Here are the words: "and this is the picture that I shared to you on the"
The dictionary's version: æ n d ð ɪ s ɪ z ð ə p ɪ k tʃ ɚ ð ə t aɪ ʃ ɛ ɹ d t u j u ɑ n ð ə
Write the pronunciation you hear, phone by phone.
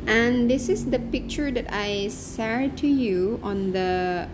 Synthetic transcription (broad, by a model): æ n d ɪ s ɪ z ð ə p ɪ k tʃ ɚ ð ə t aɪ s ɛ ɹ t u j u ɑ n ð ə